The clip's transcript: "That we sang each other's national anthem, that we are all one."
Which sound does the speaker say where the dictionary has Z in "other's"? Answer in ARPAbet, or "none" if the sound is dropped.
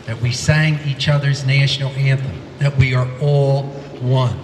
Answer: Z